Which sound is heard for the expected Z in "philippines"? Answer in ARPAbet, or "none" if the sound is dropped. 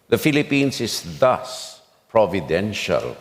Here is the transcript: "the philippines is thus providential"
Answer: S